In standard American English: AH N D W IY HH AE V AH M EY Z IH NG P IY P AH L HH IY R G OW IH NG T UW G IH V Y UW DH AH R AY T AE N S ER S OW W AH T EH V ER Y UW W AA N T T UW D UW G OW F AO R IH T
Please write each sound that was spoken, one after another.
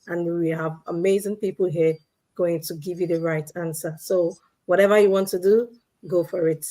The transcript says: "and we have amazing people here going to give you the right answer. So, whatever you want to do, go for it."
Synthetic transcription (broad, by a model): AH N W IY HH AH V AH M EY Z IH NG P IY P L HH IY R G OW IH NG T UW G IH V Y UW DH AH R AY T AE N S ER S OW W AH T EH V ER Y UW W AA N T T UW D UW G OW F AO R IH T